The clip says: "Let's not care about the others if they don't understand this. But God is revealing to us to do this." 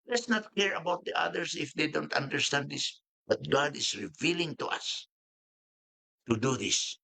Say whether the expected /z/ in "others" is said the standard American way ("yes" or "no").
no